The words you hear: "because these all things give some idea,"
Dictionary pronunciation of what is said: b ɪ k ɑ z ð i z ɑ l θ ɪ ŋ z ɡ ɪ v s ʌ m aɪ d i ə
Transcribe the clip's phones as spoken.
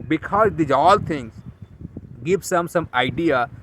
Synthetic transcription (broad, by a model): b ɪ k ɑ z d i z ɑ l t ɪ ŋ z ɡ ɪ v s ʌ m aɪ d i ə